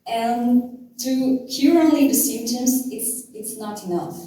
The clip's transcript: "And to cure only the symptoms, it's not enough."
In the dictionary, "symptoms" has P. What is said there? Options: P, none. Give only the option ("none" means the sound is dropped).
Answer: none